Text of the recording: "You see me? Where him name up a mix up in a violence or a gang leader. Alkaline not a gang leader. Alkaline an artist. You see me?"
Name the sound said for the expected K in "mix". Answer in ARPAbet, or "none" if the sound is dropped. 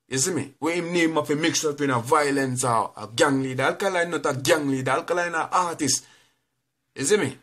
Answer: K